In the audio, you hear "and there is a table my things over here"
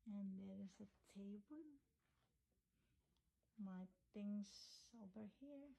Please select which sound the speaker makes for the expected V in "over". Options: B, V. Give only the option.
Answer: B